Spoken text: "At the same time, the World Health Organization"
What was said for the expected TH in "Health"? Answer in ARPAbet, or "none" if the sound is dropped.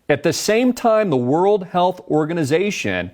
TH